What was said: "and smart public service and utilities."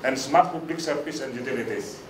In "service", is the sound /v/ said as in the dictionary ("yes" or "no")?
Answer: no